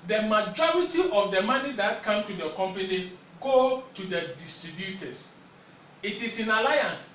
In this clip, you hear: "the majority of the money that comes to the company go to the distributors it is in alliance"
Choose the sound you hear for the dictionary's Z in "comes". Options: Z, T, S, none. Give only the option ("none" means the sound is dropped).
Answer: none